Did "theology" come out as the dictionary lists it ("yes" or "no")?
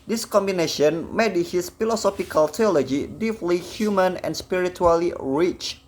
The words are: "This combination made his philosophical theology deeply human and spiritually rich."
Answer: no